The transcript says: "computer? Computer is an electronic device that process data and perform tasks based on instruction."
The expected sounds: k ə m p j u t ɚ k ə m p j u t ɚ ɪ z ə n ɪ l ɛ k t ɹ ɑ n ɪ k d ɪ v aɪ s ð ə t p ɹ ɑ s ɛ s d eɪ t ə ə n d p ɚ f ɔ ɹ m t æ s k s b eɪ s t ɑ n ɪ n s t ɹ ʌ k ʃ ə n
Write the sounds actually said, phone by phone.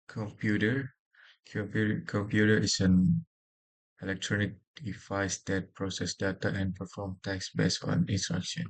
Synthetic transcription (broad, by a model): k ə m p j u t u k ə m p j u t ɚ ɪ s ə n ɪ l ɛ k t ɹ ɑ n ɪ k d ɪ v aɪ s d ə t p ɹ ɑ s ɛ s d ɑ t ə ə n p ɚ f ɔ m t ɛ k s b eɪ s ɑ n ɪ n s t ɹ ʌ k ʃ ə n